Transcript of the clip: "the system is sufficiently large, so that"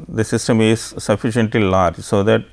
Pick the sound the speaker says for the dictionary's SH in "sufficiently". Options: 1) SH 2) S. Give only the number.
1